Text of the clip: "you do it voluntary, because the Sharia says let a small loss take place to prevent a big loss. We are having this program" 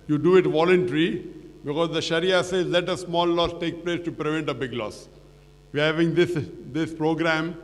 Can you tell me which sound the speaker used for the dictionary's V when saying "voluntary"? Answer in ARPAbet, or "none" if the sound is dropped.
V